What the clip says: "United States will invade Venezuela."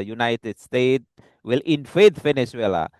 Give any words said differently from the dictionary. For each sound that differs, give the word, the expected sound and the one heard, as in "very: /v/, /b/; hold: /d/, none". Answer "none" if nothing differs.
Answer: states: /s/, none; invade: /v/, /f/